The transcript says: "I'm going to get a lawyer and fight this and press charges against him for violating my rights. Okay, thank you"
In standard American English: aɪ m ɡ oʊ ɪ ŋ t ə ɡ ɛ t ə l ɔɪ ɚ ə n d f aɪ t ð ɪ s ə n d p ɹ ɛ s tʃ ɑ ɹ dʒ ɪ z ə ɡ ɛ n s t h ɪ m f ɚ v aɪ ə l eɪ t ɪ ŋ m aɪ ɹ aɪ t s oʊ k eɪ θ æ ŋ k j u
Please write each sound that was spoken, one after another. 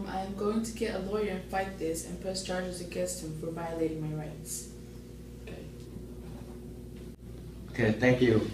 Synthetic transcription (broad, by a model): aɪ m ɡ oʊ ɪ ŋ t ə ɡ ɛ t ə l ɔɪ ɚ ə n f aɪ t ð ɪ s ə n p ʌ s tʃ ɑ ɹ dʒ ɪ z ə ɡ ɛ n s t h ɪ m f ɚ v aɪ ə l eɪ t ɪ ŋ m aɪ ɹ aɪ t s oʊ k eɪ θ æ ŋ k j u